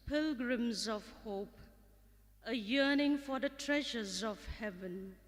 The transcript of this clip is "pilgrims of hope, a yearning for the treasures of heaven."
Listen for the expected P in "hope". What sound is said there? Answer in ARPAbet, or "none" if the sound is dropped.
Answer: P